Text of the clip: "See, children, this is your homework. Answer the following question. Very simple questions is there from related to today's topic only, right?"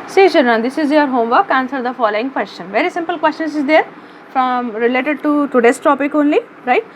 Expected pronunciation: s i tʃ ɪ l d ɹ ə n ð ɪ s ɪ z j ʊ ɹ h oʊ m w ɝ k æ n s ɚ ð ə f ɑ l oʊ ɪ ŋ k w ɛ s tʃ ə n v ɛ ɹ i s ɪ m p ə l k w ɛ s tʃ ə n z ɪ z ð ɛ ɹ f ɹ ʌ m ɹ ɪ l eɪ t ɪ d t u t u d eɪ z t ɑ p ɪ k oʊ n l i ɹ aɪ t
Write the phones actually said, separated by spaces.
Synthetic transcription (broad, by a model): s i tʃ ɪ d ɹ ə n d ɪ s ɪ z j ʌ ɹ h oʊ m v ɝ k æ n s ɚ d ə f ɑ l oʊ ɪ ŋ k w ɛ s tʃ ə n v ɛ ɹ i s ɪ m p ə l k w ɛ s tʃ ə n s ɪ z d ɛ ɹ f ɹ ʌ m ɹ ɪ l eɪ t ɪ d t u t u d eɪ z t ɑ p ɪ k oʊ n l i ɹ aɪ t